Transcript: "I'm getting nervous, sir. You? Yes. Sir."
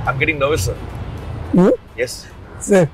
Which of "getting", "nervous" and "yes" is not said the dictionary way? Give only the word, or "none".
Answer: nervous